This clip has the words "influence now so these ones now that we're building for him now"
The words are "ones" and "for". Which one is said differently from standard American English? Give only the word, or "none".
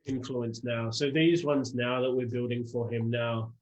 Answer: none